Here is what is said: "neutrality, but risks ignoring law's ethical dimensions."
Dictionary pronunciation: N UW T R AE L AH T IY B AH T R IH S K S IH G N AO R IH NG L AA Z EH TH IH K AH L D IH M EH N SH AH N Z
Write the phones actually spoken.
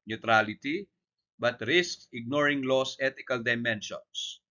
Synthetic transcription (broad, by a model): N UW T R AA L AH T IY B AH T R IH S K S IH G N AO R IH NG L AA S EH T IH K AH L D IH M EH N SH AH N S